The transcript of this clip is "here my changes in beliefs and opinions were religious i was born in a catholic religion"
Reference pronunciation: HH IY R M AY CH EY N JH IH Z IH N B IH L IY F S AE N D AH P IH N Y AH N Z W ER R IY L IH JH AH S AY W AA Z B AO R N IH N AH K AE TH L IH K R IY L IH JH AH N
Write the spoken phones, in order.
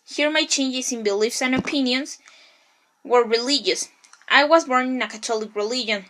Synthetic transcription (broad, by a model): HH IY R M AY CH EY N JH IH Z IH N B IH L IY F S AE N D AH P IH N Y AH N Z W ER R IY L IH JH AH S AY W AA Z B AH R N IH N AH K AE T L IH K R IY L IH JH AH N